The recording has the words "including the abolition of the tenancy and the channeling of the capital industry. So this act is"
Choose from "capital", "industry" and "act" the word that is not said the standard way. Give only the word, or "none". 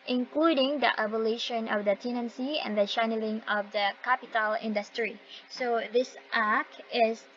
act